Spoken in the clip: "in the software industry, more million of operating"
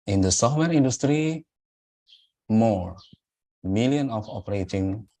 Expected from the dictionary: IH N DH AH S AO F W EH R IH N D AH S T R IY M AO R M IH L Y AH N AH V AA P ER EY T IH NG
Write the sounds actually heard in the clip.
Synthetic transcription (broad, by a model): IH N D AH S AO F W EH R IH N D AH S T R IY M AO R M IH L Y AH N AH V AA P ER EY T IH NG